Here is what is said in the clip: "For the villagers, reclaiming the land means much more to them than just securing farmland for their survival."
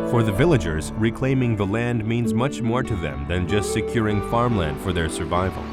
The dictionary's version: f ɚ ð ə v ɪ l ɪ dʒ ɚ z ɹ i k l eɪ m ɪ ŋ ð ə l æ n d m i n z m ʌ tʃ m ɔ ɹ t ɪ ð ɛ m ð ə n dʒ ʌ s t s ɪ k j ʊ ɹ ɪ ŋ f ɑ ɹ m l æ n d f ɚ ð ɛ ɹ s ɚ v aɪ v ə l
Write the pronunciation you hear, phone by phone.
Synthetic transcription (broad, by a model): f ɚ ð ə v ɪ l ɪ dʒ ɚ z ɹ i k l eɪ m ɪ ŋ ð ə l æ n d m i n z m ʌ tʃ m ɔ ɹ t ɪ ð ɛ m ð ə n dʒ ʌ s t s ɪ k j ʊ ɹ ɪ ŋ f ɑ ɹ m l æ n d f ɚ ð ɛ ɹ s ɚ v aɪ v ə l